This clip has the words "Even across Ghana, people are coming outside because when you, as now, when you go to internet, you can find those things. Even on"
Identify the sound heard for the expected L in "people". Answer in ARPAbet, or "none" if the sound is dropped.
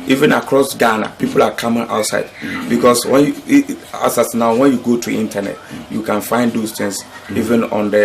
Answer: L